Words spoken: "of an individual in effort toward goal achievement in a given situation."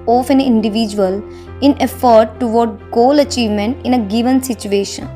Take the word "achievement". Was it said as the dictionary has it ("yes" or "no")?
yes